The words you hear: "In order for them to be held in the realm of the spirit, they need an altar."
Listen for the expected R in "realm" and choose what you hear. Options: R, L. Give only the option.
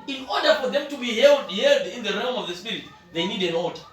R